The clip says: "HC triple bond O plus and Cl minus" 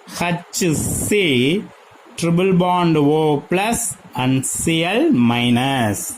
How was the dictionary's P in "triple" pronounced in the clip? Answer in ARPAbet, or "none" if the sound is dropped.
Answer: B